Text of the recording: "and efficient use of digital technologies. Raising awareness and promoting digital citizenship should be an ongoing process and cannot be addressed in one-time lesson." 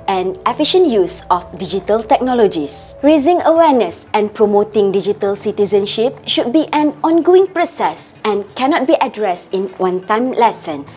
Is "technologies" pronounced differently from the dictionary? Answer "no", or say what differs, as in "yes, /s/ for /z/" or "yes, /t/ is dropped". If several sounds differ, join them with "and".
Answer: yes, /s/ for /z/